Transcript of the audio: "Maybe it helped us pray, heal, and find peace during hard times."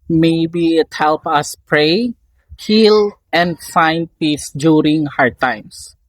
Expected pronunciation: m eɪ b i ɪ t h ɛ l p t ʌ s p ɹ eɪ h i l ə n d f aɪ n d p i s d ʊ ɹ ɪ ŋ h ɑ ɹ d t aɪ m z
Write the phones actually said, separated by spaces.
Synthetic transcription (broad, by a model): m eɪ b i ɪ t h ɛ l p ʌ s p ɹ eɪ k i l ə n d f aɪ n d p i s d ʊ ɹ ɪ ŋ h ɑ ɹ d t aɪ m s